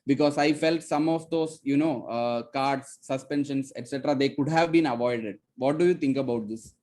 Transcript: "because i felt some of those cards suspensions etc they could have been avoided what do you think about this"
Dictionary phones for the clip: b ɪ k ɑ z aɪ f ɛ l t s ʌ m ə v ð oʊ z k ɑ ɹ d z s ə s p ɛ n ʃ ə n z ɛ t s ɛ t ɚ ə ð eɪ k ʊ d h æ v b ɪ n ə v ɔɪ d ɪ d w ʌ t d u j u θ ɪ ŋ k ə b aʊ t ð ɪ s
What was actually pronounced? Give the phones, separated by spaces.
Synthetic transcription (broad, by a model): b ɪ k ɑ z aɪ f ɛ l t s ʌ m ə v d oʊ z k ɑ ɹ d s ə s p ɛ n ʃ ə n s ɛ t s ɛ t ɚ ə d eɪ k ʊ d h æ v b ɪ n ə v ɔɪ d ɪ d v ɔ t d u j u t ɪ ŋ k ə b aʊ t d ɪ s